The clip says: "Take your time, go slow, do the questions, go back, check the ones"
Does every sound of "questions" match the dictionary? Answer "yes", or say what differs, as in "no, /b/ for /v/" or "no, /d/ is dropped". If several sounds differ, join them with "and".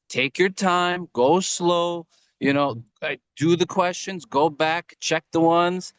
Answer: yes